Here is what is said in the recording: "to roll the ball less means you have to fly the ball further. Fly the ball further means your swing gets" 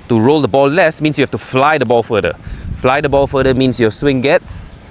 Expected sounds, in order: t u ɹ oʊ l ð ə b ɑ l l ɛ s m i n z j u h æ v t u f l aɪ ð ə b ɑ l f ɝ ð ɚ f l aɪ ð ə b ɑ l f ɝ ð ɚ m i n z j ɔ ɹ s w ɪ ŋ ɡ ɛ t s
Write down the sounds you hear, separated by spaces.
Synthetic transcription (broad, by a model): t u ɹ oʊ l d ə b ɑ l l ɛ s m i n s j u h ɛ f t u f l aɪ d ə b ɑ l f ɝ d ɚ f l aɪ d ə b ɑ l f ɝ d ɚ m i n s j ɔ s w ɪ ŋ ɡ ɛ t s